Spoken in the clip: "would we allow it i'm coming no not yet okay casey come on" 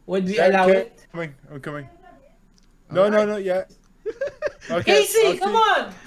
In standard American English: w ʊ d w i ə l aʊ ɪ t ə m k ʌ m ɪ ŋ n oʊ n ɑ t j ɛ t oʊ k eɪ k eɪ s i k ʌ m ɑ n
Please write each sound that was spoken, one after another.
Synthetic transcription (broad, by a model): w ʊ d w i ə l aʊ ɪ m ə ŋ k ʌ m ɪ ŋ n oʊ n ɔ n j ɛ oʊ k k eɪ s i k ʌ m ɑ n